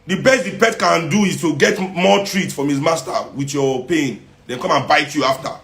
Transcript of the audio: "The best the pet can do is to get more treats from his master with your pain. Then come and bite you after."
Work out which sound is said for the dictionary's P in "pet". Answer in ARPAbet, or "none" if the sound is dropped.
P